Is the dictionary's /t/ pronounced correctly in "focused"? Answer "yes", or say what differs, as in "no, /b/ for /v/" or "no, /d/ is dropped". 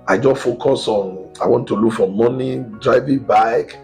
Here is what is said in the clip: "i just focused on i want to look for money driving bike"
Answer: no, /t/ is dropped